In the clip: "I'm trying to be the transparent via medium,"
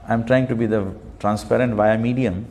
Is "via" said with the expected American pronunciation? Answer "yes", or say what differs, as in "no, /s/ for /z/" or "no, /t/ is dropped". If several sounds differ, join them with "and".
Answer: yes